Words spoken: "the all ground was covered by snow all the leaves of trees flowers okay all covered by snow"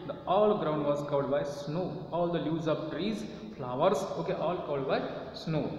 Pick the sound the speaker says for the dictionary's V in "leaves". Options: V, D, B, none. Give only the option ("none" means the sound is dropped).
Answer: none